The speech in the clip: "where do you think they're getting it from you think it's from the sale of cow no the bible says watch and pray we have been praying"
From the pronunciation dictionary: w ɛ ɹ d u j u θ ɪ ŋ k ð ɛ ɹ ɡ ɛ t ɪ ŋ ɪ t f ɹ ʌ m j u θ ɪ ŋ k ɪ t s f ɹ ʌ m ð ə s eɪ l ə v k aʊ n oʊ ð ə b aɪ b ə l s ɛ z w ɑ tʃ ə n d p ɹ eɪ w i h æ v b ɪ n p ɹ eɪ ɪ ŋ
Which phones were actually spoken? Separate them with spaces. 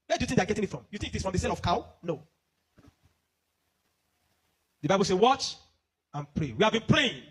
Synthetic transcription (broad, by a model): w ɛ d u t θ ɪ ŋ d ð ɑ ɡ ɛ t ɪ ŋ ɪ t f ɹ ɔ m j u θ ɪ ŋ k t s f ɹ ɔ m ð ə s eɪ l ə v k aʊ n oʊ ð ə b aɪ b ə l s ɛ w ɑ tʃ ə n p ɹ eɪ w i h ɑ v b ɪ n p ɹ eɪ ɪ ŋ